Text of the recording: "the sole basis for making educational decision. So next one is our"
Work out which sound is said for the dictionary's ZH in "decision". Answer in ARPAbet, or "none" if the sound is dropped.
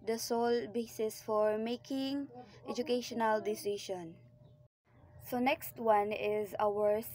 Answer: SH